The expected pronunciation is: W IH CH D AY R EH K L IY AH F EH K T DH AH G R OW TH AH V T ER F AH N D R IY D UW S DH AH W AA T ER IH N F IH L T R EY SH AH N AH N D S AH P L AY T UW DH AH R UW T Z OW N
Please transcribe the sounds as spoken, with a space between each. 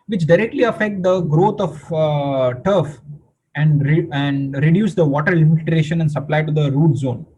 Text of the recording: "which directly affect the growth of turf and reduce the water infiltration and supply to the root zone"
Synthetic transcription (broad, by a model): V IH CH D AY R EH K L IY AH F EH K T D AH G R OW T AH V T ER F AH N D R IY D UW S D AH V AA T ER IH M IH T R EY SH AH N AH N D S AH P L AY T UW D AH R UW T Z OW N